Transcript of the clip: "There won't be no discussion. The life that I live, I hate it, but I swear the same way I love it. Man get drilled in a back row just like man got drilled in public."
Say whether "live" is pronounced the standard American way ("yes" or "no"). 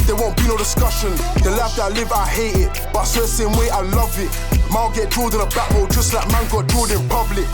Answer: yes